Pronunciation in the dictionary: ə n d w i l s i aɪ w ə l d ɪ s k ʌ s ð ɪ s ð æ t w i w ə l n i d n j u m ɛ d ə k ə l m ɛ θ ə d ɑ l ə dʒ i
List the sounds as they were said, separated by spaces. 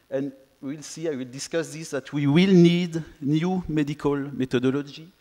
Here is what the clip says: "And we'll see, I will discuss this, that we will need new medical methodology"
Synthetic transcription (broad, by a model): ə n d w i l s i aɪ w ə l d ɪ s k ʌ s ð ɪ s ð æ t w i w ə l n i d n j u m ɛ d ə k ə l m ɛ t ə d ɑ l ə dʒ i